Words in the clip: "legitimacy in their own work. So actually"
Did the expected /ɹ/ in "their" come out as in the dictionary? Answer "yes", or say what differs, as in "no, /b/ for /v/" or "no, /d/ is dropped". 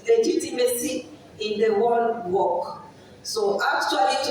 no, /w/ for /ɹ/